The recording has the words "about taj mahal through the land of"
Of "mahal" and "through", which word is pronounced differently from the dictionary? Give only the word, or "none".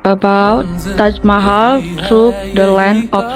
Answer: through